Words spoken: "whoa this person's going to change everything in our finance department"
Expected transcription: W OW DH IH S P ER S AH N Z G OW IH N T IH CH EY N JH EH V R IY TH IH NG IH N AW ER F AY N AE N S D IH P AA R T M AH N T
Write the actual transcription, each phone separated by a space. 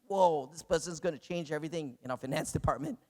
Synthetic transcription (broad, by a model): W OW DH IH S P ER S AH N Z G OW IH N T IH CH EY N JH EH V R IY TH IH NG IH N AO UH F AY N AE N S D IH P AA R T M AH N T